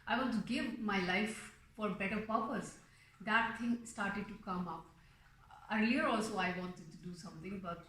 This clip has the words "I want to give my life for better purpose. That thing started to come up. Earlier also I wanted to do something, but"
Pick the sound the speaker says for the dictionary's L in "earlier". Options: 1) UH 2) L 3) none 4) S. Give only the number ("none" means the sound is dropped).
3